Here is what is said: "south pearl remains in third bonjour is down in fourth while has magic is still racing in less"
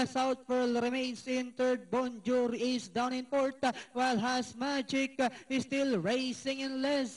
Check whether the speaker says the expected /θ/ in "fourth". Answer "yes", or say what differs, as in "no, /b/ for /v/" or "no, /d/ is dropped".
no, /t/ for /θ/